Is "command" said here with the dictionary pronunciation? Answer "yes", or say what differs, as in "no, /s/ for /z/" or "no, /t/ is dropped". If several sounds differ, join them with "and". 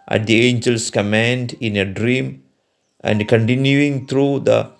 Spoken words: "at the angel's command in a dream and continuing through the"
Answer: yes